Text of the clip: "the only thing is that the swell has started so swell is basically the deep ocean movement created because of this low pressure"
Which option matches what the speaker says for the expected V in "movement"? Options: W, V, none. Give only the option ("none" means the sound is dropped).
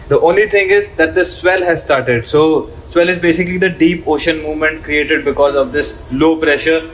V